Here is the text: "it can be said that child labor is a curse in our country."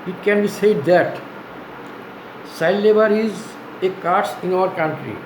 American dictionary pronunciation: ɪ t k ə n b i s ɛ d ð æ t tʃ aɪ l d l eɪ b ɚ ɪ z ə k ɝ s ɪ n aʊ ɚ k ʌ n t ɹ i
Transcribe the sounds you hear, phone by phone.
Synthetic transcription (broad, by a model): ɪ t k ə n b i s ɛ d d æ t s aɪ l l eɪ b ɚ ɪ z ə k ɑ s ɪ n aʊ ɚ k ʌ n t ɹ i